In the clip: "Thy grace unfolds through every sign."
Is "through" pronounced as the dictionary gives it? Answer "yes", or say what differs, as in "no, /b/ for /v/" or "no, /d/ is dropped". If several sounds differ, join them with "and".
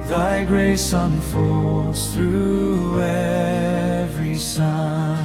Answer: yes